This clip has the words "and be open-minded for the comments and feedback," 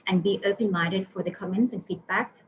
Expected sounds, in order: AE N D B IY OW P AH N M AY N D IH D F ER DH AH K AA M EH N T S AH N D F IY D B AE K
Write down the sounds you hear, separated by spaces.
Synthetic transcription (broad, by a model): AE N B IY OW P AH N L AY D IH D F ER DH AH K AA M EH N T S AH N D F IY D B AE K